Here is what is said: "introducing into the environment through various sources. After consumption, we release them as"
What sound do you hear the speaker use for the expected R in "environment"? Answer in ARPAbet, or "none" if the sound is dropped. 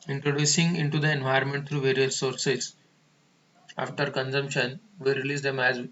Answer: none